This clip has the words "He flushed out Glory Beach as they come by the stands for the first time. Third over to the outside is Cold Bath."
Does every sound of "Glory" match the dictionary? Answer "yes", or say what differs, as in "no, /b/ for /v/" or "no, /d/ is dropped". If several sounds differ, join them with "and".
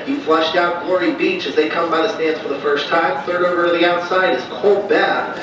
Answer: yes